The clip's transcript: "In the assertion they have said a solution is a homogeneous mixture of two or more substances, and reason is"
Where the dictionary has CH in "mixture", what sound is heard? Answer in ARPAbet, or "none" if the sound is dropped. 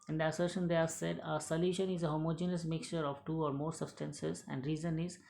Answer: CH